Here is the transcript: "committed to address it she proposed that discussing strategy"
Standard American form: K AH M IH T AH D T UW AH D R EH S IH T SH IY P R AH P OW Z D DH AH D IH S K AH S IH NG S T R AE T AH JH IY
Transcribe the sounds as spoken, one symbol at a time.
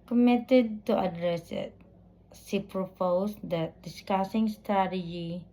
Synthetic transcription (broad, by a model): K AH M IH T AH D T UW AH D R EH S IH T S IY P R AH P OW S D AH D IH S K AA S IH NG S T R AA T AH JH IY